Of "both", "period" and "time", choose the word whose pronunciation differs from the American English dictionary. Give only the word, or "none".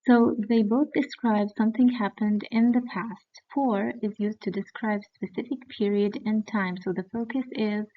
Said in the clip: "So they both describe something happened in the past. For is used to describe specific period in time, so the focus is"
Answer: none